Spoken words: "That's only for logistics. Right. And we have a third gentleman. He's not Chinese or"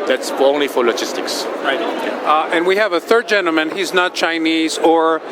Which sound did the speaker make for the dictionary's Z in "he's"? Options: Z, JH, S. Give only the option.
Z